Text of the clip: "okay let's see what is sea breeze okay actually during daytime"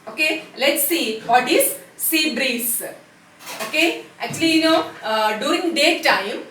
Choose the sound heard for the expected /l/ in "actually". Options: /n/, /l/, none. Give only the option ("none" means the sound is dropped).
/n/